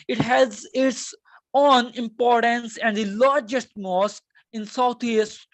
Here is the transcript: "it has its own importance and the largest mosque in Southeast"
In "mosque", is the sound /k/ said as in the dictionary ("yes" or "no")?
yes